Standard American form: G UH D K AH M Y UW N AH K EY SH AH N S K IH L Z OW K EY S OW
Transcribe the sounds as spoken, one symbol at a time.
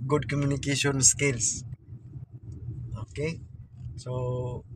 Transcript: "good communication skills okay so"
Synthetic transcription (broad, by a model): G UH D K AH M Y UW N AH K EY SH AH N S K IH L S OW K EY S OW